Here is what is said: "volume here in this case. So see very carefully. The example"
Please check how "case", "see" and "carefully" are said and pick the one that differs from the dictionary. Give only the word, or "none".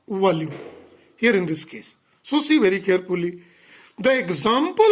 carefully